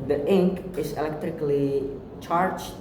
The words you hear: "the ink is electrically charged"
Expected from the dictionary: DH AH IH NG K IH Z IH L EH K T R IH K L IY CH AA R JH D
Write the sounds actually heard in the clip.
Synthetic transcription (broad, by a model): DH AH IH NG K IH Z IH L EH K T R IH K L IY CH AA R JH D